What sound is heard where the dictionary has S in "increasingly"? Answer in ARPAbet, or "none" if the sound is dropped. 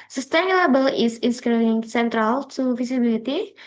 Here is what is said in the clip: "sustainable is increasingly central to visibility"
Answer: none